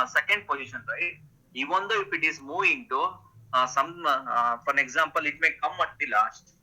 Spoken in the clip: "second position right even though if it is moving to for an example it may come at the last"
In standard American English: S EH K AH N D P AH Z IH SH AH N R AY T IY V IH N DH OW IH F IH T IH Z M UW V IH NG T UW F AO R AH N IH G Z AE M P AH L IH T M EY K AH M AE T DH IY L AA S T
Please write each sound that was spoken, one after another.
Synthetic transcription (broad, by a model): S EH K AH N D P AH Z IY SH AH N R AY IY V IH N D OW IH F IH T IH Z M UW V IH NG T UW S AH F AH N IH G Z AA M P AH L IH T M EY K AH M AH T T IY L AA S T